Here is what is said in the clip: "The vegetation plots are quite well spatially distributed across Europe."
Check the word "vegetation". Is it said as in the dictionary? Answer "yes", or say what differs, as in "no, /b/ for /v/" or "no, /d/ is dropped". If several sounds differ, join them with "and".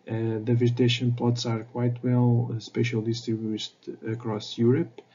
no, /z/ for /dʒ/